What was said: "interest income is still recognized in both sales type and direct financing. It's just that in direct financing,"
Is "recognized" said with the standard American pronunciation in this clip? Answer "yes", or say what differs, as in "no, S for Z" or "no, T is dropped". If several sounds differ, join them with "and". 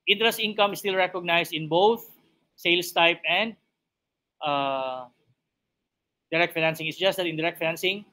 no, S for Z